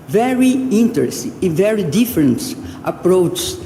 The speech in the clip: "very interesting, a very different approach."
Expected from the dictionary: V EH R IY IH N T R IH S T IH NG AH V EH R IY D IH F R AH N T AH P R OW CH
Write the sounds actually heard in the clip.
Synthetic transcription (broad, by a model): V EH R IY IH N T IH T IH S AH V EH R IY D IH F R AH N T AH P R OW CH